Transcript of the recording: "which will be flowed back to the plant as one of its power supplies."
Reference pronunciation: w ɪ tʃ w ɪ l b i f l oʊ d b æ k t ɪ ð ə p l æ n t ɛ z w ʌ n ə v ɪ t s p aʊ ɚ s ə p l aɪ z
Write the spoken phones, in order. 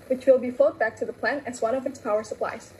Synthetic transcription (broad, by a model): w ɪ tʃ w ɪ l b i f oʊ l b æ k t ɪ ð ə p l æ n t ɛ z w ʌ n ə v ɪ t s p aʊ ɚ s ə p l aɪ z